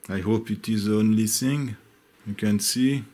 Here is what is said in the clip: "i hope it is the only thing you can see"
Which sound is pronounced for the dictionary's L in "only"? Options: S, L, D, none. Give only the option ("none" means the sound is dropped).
L